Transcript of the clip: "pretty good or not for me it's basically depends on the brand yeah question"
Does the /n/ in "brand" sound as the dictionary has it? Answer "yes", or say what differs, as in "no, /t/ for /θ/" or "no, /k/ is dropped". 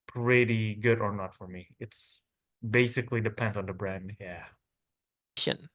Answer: yes